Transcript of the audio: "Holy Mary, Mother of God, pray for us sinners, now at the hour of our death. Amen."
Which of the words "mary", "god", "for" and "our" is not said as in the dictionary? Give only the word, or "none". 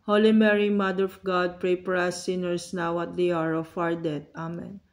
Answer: for